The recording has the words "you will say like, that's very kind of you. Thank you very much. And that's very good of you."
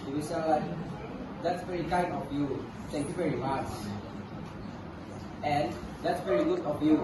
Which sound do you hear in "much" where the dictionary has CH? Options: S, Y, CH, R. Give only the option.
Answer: S